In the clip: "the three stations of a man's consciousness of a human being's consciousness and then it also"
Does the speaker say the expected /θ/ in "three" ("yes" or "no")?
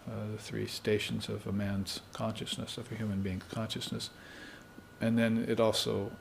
yes